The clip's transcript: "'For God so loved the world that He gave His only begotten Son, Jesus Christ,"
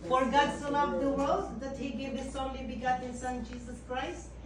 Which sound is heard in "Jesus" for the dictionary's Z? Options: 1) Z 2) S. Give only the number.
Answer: 2